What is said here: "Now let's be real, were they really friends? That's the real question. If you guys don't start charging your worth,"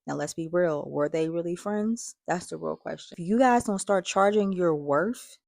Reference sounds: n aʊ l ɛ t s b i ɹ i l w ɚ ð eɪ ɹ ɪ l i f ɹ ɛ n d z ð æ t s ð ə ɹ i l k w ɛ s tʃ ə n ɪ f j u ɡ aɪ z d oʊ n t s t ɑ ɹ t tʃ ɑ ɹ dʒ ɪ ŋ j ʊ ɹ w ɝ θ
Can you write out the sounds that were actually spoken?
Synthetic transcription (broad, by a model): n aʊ l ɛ t s b i ɹ i l w ɚ ð eɪ ɹ ɪ l i f ɹ ɛ n d z ð æ t s ð ə ɹ i l k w ɛ s tʃ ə ɪ f j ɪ ɡ aɪ z d oʊ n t s t ɑ ɹ t tʃ ɑ ɹ dʒ ɪ ŋ j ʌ ɹ w ɝ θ